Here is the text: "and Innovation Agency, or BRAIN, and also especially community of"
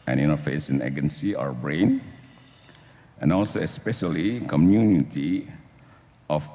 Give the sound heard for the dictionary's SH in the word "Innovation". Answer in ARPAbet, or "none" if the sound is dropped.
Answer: S